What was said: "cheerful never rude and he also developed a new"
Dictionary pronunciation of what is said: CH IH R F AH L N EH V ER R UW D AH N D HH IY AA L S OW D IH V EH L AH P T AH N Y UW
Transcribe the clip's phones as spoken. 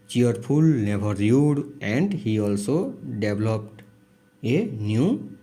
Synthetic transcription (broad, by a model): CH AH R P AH L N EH B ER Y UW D AH N D HH IY AA L S OW D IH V L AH P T AH N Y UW